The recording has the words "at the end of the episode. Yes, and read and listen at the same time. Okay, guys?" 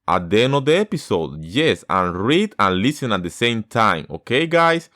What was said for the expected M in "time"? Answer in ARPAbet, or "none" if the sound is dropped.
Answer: M